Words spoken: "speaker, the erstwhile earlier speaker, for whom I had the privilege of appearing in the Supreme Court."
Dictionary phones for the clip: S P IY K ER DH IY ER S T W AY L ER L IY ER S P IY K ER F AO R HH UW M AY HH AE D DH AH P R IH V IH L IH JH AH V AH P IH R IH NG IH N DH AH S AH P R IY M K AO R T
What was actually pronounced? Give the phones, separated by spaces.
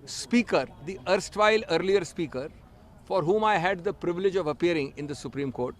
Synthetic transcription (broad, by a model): S P IY K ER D IY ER S T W AY L ER L IY ER S P IY K ER F AO R HH UW M AY HH AE D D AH P R IH V IH L IH JH AH V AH P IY R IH NG IH N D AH S AH P R IY M K AO R T